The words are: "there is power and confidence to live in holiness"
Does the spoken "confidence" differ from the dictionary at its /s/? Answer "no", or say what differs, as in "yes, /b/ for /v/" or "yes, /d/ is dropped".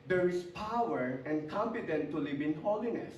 yes, /s/ is dropped